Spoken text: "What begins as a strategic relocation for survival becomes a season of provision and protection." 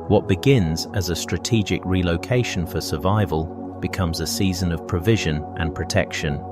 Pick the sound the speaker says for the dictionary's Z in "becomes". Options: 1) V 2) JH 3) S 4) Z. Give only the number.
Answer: 4